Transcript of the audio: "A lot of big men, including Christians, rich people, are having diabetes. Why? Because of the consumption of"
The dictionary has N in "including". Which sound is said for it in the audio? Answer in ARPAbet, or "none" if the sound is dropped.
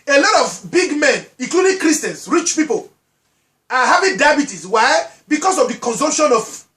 none